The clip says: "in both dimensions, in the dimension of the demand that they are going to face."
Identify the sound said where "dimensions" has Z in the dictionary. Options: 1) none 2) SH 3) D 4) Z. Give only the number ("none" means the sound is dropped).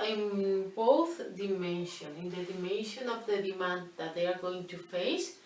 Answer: 1